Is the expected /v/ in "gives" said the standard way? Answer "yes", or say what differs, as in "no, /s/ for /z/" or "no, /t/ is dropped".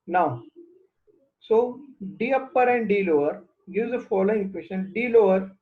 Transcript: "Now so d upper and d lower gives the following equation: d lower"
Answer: no, /v/ is dropped